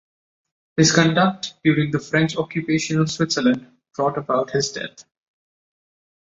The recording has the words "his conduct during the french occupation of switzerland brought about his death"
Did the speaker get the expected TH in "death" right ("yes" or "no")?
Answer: no